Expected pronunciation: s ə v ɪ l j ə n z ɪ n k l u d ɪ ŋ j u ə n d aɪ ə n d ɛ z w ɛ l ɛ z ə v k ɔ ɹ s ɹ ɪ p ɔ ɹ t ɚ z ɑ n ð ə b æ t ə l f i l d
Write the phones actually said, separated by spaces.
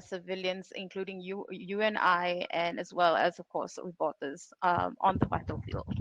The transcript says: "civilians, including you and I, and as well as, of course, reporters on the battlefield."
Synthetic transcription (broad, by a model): s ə v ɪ l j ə n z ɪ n k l u d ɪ ŋ j u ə n aɪ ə n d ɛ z w ɛ l ɛ z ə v k ɔ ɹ s w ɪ b ɔ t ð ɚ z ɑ n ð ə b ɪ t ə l f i l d